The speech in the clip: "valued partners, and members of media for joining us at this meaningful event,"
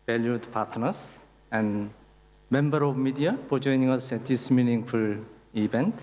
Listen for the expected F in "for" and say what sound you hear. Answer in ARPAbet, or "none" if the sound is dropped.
P